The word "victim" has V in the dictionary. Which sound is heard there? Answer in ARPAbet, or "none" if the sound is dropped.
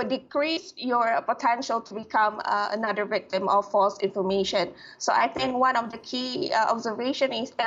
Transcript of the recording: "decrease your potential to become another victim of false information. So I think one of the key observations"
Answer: V